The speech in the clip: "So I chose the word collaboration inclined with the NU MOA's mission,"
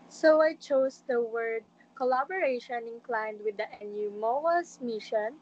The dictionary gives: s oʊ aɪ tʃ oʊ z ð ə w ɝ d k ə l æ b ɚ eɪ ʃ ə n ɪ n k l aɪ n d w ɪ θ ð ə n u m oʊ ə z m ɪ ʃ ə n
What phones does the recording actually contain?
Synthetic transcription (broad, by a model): s oʊ aɪ tʃ oʊ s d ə w ɝ d k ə l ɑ b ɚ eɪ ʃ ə n ɪ n k l aɪ n d w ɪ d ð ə n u m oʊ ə s m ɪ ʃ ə n